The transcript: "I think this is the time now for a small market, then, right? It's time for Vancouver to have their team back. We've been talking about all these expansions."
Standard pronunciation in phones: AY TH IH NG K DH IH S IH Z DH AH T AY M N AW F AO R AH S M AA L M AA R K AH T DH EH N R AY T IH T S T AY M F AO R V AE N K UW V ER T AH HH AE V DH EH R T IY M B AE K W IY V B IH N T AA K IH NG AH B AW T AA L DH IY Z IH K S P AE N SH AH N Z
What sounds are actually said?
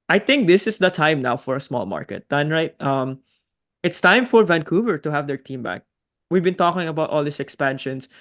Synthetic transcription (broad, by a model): AY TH IH NG K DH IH S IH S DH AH T AY M N AW F AO R AH S M AA L M AA R K AH T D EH N R AY T IH T S T AY M F AO R V AE N K UW V ER T AH HH AE V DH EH R T IY M B AE K W IY V B IH N T AA K IH NG AH B AW T AA L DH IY S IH K S P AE N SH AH N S